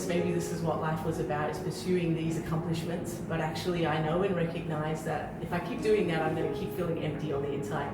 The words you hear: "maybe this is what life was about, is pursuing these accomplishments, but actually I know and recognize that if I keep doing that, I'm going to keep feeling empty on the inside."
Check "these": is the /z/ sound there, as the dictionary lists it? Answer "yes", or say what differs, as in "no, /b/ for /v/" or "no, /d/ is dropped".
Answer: yes